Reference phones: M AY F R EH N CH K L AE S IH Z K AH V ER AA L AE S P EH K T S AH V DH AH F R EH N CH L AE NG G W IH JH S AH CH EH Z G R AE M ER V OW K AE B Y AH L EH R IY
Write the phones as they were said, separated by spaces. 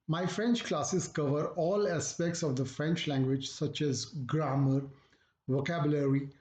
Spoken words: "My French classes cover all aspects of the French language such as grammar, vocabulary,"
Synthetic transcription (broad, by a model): M AY F R EH N CH K L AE S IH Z K AH V ER AA L AE S P EH K T S AH V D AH F R EH N CH L AE NG G W IH JH S AH CH EH Z G R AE M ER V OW K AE B Y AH L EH R IY